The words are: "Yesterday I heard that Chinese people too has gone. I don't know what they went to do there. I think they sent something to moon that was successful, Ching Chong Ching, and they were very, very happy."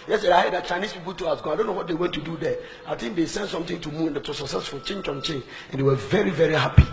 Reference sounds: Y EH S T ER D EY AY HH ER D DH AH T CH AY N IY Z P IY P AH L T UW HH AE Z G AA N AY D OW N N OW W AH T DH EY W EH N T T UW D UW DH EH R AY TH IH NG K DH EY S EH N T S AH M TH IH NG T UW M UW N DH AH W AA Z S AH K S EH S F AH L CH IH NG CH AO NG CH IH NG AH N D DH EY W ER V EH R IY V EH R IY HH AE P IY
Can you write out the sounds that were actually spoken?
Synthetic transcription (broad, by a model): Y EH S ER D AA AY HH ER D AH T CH AY N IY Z P IY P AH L T UW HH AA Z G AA AY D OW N N OW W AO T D EY W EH N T T UW D UW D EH AY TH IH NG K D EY S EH N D S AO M T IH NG T UW M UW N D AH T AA S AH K S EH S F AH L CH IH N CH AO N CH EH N AH N D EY W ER V EH R IY V EH R IY HH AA P IY